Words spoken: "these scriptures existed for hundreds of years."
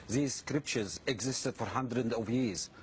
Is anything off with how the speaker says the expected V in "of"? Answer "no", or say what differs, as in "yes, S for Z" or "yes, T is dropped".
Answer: no